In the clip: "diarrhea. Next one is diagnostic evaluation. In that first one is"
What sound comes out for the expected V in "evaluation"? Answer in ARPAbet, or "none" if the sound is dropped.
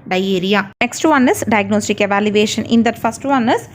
V